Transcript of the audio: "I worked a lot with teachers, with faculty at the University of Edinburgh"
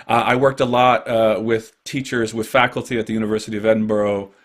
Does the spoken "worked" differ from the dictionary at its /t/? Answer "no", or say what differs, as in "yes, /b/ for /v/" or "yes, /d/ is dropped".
no